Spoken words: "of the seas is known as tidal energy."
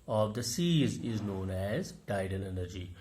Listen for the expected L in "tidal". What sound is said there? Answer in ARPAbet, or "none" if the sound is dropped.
N